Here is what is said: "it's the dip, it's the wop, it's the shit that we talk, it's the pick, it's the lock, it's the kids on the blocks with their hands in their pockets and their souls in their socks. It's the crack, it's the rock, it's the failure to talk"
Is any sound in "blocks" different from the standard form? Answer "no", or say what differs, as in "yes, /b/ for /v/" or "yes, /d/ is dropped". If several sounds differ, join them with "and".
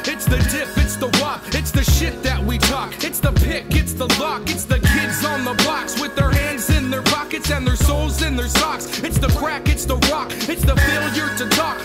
yes, /l/ is dropped